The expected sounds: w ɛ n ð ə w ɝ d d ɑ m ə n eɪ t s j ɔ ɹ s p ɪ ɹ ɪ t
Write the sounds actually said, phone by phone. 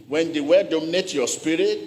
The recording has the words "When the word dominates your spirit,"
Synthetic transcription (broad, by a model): w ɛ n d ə w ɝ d d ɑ m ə n eɪ t j ɔ s p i ɹ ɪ t